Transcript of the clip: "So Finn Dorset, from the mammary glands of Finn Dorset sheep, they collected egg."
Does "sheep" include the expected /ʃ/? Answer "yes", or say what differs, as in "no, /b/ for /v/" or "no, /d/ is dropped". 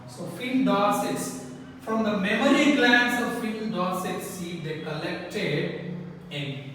no, /s/ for /ʃ/